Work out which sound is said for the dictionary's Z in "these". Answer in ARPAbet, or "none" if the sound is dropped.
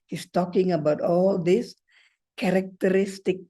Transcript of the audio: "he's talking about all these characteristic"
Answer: S